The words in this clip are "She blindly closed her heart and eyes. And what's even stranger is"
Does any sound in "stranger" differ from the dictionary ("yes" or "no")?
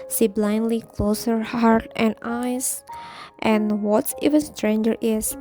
no